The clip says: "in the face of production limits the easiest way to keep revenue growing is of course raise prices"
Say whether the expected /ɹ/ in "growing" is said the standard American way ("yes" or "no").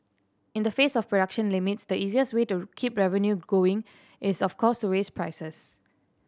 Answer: no